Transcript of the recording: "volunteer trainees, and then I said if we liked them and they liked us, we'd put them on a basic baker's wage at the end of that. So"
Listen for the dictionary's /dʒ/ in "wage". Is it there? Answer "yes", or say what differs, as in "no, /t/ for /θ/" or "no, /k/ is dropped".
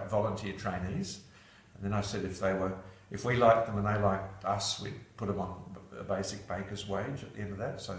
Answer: yes